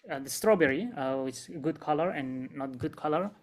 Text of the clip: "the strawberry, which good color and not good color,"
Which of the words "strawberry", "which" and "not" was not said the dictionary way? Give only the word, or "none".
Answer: which